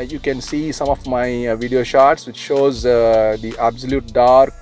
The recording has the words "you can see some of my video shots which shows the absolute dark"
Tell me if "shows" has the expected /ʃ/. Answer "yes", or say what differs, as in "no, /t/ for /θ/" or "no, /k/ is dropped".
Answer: yes